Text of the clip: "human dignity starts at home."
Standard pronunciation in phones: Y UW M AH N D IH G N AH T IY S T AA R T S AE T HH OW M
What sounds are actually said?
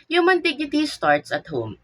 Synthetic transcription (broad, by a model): Y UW M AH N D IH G AH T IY S T AA R T S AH T HH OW M